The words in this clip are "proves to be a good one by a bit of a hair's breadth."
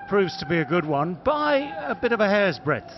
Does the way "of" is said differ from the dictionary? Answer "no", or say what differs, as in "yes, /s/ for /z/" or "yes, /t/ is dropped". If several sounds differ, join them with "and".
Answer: no